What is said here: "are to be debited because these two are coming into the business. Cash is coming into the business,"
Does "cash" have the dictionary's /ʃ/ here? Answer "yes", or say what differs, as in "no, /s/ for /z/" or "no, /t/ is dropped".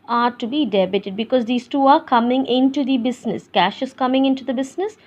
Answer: yes